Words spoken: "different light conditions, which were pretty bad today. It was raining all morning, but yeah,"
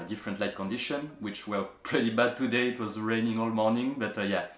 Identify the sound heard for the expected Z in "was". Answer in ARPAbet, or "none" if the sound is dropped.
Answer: Z